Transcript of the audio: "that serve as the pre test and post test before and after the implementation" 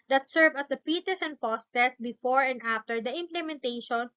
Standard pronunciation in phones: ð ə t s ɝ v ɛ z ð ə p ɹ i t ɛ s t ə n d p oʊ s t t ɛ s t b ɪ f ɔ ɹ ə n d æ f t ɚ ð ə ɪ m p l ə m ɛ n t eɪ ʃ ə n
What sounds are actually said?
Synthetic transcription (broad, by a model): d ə t s ɝ v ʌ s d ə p i t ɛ s ə n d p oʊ s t t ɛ s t b ɪ f ɔ ɹ ə n d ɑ f t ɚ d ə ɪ m p l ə m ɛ n t eɪ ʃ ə n